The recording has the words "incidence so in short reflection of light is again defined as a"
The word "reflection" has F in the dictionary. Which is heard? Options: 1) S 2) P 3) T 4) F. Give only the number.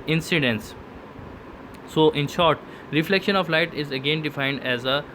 4